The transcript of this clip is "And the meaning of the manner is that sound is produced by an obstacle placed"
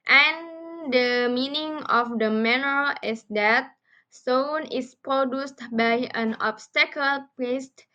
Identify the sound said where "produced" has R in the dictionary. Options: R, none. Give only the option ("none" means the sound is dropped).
R